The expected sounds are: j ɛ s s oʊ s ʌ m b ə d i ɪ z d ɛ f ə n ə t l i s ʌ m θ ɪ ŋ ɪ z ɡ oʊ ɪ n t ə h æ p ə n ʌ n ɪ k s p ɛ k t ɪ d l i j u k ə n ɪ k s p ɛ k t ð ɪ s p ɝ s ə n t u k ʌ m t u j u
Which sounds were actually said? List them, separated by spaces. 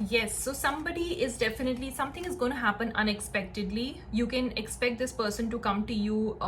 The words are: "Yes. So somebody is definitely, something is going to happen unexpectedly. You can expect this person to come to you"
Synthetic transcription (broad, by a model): j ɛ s s oʊ s ʌ m b ə d i ɪ z d ɛ f ə n ə t l i s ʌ m t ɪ ŋ ɪ z ɡ oʊ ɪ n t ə h æ p ə n ʌ n ɪ k s p ɛ k t ɪ d l i j u k ə n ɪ k s p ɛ k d ɪ s p ɝ s ə n t u k ʌ m t u j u